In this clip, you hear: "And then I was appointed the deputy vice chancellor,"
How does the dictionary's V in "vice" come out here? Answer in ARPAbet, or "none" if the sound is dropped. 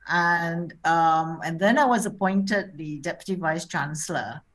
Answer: V